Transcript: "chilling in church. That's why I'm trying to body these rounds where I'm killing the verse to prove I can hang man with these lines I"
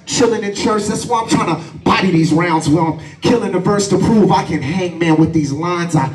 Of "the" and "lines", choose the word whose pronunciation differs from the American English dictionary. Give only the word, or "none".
none